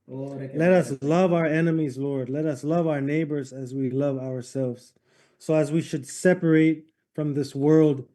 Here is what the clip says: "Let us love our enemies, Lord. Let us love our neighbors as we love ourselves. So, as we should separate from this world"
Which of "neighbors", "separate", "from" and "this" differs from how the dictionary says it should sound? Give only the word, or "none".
none